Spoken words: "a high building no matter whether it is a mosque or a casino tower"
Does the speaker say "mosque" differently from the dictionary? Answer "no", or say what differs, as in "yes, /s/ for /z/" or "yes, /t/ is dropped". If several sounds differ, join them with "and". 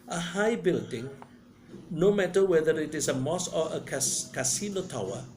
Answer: yes, /k/ is dropped